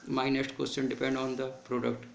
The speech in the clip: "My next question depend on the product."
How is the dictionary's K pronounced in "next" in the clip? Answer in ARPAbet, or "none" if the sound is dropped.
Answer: none